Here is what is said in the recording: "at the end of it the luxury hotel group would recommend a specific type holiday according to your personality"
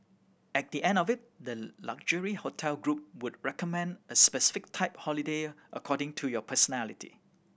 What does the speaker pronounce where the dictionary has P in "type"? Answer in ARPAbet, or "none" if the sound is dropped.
P